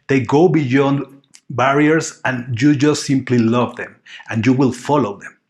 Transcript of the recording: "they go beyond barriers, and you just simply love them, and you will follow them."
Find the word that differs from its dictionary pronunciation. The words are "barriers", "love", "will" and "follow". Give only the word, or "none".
barriers